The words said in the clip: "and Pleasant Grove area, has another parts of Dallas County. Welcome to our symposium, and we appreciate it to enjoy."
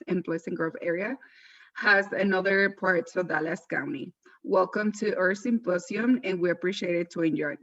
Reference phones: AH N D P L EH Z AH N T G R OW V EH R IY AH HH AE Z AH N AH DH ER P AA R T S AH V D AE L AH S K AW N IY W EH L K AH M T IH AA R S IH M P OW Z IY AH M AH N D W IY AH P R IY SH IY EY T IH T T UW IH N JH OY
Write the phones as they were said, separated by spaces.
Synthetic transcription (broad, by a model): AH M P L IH S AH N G R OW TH EH R IY AH HH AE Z AH N AH DH ER P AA R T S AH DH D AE L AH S K AW N IY W EH L K AH M T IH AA R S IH M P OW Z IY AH M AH N W IY AH P R IY SH IY EY T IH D T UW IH N JH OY